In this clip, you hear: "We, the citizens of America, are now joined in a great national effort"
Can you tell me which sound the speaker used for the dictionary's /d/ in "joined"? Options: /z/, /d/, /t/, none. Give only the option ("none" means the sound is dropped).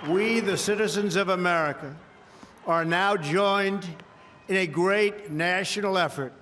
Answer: /d/